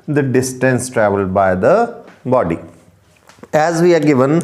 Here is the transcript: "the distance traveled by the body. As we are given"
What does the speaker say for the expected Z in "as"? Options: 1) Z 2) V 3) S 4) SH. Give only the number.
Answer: 1